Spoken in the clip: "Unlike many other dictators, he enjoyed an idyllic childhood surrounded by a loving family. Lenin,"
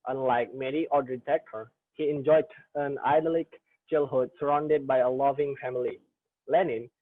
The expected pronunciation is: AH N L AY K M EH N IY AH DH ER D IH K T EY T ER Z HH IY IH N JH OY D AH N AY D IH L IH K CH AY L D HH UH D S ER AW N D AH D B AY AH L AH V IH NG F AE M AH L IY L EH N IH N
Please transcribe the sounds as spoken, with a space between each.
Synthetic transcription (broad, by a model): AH N L AY K M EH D IY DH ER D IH T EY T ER HH IY IH N JH OY D AH N AY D L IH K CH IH L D HH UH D S ER AW N D AH D B AY AH L AH V IH NG F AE M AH L IY L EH N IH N